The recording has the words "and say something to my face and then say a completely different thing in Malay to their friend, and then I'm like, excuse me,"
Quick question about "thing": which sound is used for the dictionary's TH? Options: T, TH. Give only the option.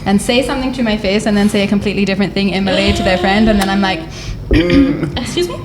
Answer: TH